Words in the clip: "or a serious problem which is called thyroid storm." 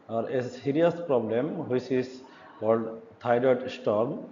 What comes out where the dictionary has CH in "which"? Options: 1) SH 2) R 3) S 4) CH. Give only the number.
3